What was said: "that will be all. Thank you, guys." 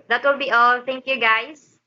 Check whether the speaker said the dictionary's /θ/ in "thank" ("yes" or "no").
no